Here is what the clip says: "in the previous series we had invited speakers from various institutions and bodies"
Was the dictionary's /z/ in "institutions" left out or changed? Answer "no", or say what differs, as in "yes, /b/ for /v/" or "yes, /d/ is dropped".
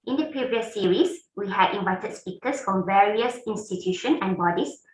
yes, /z/ is dropped